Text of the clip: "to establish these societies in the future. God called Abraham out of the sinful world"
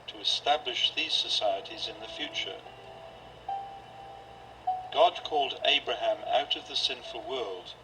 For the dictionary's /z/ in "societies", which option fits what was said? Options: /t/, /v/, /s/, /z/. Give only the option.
/z/